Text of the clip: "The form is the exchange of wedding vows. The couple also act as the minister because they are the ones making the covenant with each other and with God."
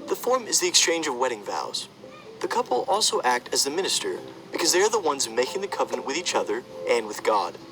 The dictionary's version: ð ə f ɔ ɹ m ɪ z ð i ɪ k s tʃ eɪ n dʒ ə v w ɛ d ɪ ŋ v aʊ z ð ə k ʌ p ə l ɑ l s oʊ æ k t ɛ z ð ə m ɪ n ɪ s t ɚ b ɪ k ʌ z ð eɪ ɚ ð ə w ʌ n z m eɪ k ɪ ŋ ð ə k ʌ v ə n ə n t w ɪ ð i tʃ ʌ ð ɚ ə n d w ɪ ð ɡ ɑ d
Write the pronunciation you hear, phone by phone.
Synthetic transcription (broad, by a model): ð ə f ɔ ɹ m ɪ z ð i ɪ k s tʃ eɪ n dʒ ə v w ɛ d ɪ ŋ v aʊ z ð ə k ʌ p l ɑ l s oʊ æ k t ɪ z ð ə m ɪ n ɪ s t ɚ b ɪ k ʌ z ð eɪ ɚ ð ə w ʌ n z m eɪ k ɪ ŋ ð ə k ʌ v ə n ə n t w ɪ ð i tʃ ʌ ð ɚ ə n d w ɪ ð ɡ ɑ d